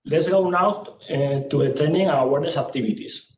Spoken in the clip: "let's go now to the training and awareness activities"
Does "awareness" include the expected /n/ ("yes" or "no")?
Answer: no